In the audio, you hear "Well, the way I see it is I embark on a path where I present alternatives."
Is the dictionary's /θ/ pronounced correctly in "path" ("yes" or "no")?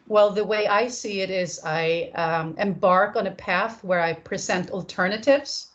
yes